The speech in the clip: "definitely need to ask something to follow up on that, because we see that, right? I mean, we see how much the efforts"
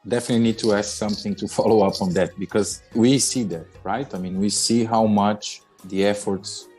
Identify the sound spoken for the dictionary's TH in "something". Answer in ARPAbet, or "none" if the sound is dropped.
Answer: TH